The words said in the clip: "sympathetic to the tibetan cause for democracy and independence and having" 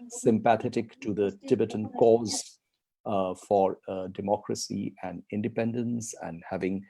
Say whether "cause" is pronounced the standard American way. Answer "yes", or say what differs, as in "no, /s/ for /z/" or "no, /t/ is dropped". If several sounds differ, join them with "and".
yes